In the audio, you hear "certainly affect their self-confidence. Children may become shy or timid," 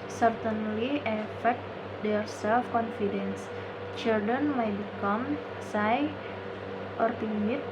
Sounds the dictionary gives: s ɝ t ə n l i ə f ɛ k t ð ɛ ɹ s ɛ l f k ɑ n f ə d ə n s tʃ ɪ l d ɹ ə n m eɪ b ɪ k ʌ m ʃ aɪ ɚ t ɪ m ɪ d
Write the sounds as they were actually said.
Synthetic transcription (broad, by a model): s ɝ t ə n l i ə f ɛ k t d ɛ ɹ s ɛ l f k ɑ n f ə d ə n s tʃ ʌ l d ə n m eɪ b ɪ k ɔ m s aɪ ɚ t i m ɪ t